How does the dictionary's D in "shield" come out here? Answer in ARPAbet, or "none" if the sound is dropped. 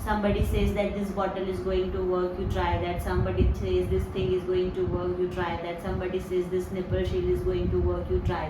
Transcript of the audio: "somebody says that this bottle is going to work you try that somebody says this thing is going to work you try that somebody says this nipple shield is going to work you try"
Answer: none